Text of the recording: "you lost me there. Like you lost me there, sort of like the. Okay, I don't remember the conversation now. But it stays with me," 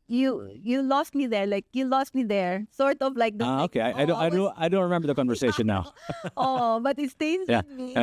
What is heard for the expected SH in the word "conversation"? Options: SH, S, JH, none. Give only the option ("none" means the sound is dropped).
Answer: none